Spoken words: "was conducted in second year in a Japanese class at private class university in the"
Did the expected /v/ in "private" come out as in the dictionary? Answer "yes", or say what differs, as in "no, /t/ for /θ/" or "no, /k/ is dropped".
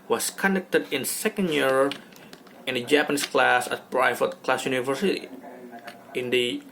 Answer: no, /f/ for /v/